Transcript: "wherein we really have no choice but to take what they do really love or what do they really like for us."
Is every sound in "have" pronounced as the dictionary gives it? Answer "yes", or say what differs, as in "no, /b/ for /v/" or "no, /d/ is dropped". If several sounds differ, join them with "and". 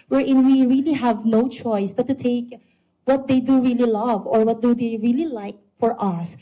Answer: yes